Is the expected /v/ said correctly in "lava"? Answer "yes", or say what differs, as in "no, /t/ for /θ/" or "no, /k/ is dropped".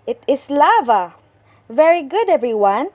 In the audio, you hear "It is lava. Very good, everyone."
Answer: yes